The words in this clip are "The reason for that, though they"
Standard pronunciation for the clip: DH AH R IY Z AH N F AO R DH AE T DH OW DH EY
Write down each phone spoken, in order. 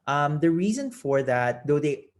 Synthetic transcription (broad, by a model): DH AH R IY Z AH N F AO R DH AE T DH OW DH EY